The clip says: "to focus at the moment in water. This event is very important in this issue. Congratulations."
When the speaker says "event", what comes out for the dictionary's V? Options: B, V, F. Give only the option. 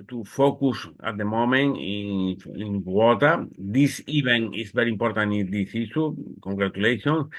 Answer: B